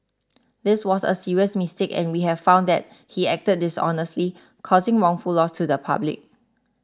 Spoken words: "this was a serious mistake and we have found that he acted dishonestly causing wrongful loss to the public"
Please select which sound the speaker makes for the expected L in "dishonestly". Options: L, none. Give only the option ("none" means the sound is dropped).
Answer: L